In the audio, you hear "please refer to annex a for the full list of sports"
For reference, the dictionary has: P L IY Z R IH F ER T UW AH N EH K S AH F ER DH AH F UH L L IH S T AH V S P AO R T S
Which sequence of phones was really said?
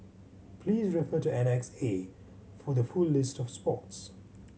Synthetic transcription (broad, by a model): P L IY Z R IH F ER T UW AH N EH K S AH F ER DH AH F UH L L IH S T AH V S P AO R T S